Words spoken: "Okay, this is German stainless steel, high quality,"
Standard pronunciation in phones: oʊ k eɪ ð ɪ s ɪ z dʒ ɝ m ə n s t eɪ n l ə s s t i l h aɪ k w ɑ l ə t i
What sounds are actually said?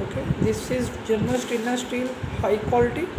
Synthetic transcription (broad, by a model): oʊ k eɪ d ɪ s ɪ z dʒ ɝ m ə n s t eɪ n ə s s t i l h aɪ k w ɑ l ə t i